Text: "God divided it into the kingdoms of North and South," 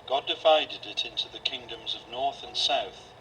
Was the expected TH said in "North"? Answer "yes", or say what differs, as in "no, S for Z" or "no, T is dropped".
yes